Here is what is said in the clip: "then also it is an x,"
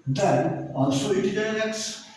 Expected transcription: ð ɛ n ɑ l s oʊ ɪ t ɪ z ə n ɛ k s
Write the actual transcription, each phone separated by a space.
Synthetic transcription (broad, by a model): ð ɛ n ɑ n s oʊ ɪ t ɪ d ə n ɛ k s